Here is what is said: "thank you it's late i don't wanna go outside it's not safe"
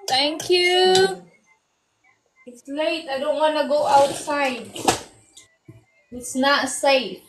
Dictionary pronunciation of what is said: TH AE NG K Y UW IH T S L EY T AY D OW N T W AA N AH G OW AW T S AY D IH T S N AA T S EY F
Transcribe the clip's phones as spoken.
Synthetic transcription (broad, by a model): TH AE NG K Y UW IH T S L EY T AY D OW N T W AA N AH G OW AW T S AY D IH T S N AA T S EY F